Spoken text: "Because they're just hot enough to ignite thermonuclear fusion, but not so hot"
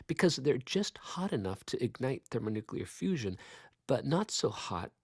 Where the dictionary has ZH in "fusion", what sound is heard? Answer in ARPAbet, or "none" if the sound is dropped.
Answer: ZH